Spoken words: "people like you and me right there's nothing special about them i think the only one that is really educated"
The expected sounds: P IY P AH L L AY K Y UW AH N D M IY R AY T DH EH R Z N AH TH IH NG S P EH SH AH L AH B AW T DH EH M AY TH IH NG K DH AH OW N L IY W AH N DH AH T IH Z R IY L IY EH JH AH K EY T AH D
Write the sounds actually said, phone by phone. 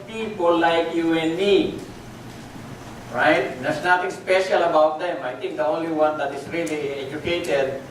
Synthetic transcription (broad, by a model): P IY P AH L L AY K Y UW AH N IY R AY T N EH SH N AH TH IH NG S P EH SH AH L AH B AW T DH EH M AY T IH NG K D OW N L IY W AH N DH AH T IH S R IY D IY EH JH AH K EY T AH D